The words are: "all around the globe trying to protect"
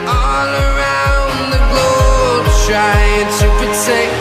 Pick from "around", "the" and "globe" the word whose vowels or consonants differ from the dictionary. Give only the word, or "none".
globe